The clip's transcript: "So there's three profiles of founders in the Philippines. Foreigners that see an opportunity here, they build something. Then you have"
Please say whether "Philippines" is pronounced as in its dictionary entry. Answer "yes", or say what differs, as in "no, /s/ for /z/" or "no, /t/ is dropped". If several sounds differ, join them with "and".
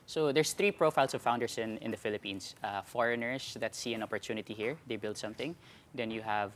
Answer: no, /s/ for /z/